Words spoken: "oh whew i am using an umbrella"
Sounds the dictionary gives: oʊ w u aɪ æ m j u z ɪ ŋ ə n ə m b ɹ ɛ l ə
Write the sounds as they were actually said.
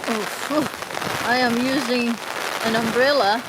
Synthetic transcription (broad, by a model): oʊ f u aɪ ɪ m j u z ɪ ŋ ə n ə m b ɹ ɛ l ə